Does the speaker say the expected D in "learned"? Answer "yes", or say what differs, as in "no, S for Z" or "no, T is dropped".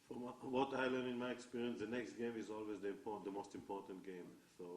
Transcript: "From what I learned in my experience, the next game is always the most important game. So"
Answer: no, D is dropped